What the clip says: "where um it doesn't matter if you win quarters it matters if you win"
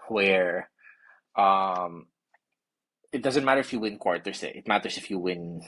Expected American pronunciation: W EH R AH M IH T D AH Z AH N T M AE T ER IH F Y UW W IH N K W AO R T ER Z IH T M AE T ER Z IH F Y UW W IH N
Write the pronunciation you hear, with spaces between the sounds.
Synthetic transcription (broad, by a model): W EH R AH M IH T D AH Z AH N T M AE T ER IH F Y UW W IH N K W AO R T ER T IH T M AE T ER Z IH F Y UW W IH N